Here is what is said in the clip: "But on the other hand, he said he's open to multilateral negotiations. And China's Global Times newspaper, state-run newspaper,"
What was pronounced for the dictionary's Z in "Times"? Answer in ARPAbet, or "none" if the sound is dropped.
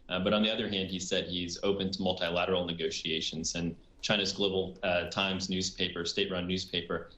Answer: Z